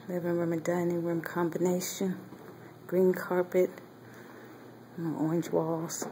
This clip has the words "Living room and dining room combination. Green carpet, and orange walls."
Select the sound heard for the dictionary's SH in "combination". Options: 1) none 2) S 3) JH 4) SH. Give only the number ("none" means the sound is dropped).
4